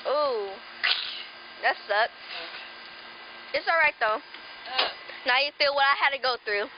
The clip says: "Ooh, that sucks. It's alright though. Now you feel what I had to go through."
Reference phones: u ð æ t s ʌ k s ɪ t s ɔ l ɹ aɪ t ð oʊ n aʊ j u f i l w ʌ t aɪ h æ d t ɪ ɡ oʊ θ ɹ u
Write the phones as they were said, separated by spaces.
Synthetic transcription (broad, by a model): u ð æ t s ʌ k ɪ t s ɔ l ɹ aɪ t ð oʊ n aʊ j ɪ f i l w ʌ t aɪ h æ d t ɪ ɡ oʊ θ ɹ u